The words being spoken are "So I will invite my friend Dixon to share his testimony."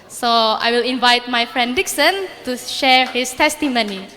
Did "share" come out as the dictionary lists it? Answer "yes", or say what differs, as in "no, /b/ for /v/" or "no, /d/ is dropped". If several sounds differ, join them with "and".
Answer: yes